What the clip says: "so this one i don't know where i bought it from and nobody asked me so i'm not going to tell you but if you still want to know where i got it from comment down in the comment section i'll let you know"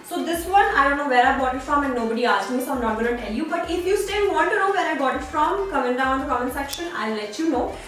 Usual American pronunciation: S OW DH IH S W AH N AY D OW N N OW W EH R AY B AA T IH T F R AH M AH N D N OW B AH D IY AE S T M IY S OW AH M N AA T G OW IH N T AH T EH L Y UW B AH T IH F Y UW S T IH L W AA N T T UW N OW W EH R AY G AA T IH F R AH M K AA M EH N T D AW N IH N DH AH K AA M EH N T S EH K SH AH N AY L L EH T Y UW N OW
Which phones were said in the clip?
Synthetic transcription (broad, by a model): S OW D IH S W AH N AY D OW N N OW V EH R AY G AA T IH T F R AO M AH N D N OW B AH D IY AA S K M IY S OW AH M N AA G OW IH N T T EH L Y UW B AH T IH F Y UW S T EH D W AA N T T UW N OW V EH R AY G AA T IH F R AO M K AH M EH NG D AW IH N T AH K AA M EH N S EH K SH AH N AY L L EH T Y UW N OW